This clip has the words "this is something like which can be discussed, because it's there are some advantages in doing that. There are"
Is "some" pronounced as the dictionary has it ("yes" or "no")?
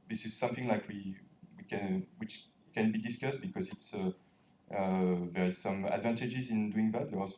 yes